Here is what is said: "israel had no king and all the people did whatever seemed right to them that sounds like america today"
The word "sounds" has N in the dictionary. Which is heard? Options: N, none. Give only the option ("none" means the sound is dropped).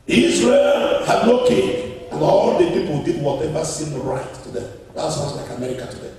none